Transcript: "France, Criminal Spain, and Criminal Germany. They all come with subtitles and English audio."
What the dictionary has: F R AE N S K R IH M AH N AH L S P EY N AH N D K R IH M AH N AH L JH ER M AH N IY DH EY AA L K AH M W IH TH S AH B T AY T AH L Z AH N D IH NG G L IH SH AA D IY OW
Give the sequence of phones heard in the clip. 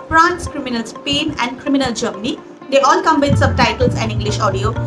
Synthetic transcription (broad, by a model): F R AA N S K R IH M AH N AH L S P EY N AH N D K R IH M AH N AH L JH ER M AH N IY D EY AA L K AH M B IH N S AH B T AY T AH L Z AH N D IH NG G L IH SH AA D IY OW